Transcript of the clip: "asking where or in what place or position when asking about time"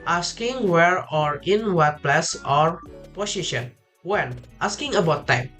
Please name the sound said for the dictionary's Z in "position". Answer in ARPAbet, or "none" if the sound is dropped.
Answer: S